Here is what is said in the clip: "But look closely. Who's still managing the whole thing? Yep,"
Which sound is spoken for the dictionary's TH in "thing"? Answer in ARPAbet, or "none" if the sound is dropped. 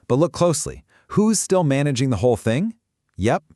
TH